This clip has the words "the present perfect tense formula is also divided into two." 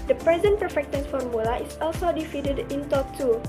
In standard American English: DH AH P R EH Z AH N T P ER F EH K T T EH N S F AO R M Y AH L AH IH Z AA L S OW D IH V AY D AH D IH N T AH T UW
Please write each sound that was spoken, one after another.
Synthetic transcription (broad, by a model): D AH P R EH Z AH N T P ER F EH K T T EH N F AO R M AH L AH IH S AA L S OW D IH F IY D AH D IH N T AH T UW